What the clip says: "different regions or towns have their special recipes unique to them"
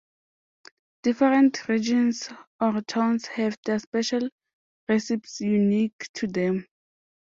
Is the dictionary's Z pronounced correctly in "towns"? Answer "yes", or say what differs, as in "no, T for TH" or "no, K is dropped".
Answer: no, S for Z